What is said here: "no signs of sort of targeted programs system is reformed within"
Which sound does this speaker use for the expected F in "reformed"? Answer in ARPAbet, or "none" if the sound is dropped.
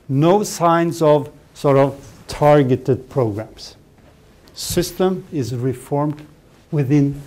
F